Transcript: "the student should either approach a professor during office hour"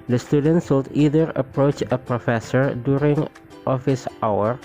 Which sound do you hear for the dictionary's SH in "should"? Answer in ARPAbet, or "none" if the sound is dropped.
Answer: S